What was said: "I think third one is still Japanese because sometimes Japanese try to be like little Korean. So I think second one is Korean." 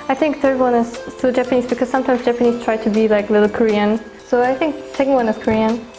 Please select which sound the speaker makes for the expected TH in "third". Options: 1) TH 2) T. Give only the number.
1